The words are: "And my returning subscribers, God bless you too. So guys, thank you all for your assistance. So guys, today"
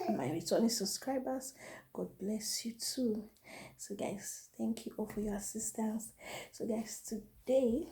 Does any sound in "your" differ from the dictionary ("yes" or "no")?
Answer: no